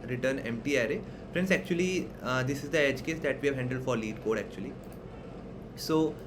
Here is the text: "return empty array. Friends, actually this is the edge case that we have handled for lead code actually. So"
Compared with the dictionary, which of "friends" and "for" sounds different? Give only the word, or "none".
friends